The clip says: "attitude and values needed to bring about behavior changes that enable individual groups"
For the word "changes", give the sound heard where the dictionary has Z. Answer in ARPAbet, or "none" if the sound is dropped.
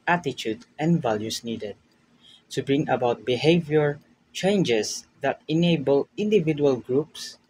S